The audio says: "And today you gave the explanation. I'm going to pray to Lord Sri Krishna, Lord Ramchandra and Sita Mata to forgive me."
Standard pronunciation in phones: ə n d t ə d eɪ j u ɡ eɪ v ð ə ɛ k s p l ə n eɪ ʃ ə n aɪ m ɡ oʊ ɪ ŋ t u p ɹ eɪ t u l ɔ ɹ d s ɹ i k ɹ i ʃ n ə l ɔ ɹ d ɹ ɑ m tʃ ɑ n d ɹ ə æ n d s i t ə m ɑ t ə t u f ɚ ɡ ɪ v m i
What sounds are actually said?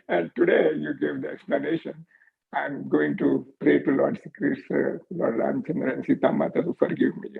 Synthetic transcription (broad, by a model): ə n d t ə d eɪ j u ɡ eɪ v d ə ɛ k s p l ə n eɪ ʃ ə n aɪ m ɡ oʊ ɪ ŋ t u p ɹ eɪ t u l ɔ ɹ d s i k ɹ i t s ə l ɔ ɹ d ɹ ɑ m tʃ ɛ n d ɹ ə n s i t ə m ɑ t ə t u f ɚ ɡ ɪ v m i